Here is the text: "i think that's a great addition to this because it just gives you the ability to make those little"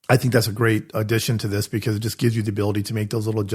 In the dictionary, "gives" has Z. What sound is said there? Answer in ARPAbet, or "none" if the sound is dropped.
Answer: Z